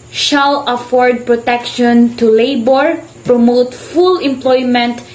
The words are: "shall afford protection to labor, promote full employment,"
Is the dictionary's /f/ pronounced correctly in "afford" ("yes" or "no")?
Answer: yes